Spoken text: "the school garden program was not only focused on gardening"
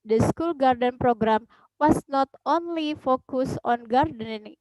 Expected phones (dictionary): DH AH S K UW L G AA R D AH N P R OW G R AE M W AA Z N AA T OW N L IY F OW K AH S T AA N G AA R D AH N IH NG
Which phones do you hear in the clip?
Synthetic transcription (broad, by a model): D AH S K UW L G AA R D AH N P R OW G R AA M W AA S N AA T OW N L IY F OW K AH S AA N G AA R D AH N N